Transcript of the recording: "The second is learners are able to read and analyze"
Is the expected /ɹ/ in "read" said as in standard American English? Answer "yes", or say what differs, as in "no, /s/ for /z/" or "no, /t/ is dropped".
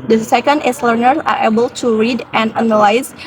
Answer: yes